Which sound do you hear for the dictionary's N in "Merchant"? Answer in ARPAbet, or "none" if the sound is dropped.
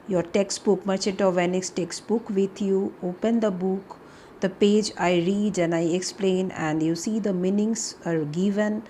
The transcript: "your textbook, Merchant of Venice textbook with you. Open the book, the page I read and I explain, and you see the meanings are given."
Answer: none